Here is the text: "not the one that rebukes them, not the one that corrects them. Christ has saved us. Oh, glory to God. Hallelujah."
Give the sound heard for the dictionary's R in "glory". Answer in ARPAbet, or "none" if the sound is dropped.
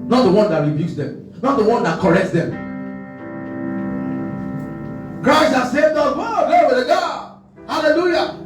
W